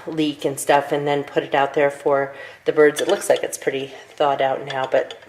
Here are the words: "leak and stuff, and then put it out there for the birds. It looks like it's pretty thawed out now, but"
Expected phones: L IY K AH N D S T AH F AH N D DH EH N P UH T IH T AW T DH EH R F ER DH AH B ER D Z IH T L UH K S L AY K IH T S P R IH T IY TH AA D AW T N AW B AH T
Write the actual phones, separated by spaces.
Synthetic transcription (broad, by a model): L IY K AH N S T AH F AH N DH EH N P UH T IH T AW T DH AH R F ER DH AH B ER D Z IH T L UH K S L AY K IH T S P R IH T IY TH AA D AW T N AW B AH T